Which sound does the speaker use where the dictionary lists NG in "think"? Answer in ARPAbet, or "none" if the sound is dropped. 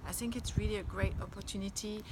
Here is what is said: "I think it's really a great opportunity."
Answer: NG